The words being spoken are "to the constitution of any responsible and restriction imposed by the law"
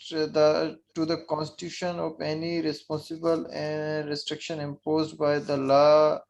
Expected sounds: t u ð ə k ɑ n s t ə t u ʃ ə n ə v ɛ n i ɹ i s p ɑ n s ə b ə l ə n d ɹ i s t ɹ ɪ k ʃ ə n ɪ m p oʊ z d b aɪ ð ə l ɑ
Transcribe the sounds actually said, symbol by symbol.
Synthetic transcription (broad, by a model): t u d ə k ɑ n s t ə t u ʃ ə n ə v ɛ n i ɹ i s p ɑ n s ə b ə l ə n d ɹ i s t ɹ ɪ k ʃ ə n ɪ m p oʊ z d b aɪ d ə l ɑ